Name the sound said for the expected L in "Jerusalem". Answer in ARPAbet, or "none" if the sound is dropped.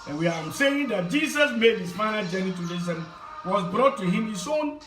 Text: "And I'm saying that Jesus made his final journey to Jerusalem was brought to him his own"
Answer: none